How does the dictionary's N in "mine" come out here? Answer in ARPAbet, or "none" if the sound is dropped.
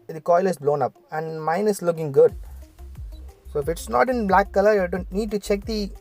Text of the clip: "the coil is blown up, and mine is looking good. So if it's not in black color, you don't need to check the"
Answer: N